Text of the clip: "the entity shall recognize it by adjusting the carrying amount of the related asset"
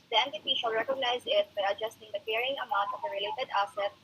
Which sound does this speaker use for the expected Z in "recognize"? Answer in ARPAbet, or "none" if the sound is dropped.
Z